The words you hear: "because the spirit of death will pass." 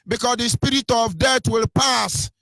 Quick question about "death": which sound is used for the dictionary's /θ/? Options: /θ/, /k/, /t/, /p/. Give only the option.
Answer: /t/